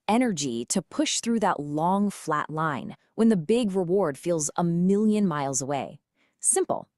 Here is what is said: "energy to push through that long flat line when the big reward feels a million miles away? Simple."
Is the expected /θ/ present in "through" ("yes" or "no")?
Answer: yes